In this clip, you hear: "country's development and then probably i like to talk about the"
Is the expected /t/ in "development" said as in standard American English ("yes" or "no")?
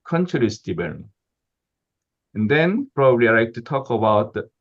no